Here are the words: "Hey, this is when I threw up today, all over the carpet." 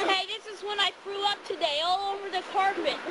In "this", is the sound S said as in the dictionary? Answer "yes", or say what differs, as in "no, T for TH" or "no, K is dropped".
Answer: yes